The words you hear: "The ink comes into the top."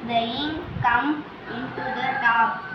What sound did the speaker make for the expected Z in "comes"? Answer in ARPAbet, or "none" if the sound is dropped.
none